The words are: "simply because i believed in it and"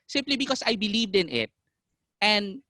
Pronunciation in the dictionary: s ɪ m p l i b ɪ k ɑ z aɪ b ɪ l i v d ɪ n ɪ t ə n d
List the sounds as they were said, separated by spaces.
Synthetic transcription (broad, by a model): s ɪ m p l i b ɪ k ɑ s aɪ b ɪ l i v d ɪ n ɪ t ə n d